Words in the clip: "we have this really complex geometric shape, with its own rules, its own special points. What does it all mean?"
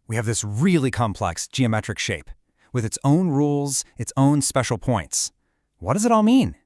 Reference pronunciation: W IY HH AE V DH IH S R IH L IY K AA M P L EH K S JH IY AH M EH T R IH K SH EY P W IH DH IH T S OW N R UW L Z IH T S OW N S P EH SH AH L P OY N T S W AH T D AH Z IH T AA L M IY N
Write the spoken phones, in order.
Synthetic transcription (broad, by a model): W IY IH V DH IH S R IH L IY K AA M P L EH K S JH IY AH M EH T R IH K SH EY P W IH DH IH T S OW N R UW L Z IH T S OW N S P EH SH L P OY N T S W AH T D AH Z IH T AA L M IY N